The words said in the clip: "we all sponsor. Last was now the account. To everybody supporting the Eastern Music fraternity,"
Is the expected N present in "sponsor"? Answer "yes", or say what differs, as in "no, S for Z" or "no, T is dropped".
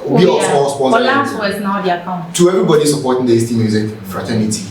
no, N is dropped